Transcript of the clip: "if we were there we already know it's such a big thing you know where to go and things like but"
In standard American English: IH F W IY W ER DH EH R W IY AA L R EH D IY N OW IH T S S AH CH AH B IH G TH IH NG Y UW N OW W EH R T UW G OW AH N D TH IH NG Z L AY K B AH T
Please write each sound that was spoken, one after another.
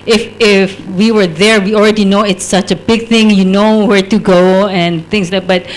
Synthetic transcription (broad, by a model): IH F W IY W ER DH EH R W IY AA L R EH D IY N OW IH T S S AH CH AH B IH G TH IH NG Y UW N OW W EH R T UW G OW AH N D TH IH NG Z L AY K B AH T